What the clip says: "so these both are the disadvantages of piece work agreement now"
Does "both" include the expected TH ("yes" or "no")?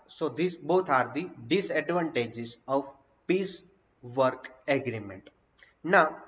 no